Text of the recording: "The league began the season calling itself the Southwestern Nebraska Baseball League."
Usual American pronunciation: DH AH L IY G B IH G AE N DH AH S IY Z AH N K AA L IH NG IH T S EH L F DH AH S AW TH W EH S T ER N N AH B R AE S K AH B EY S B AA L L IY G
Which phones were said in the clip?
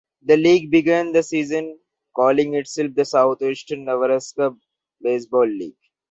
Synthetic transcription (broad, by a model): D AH L IY G B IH G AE N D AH S IY Z AH N K AA L IH NG IH T S EH L F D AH S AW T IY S T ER N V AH R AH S K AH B EY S B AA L L IY G